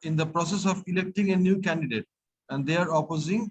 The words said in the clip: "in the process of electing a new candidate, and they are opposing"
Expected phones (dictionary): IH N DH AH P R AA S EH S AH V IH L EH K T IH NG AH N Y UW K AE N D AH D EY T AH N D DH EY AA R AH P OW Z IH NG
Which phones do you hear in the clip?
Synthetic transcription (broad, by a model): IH N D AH P R AA S EH S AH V IH L EH K T IH NG AH N Y UW K AE N D AH D EY T AH N D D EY AA R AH P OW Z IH NG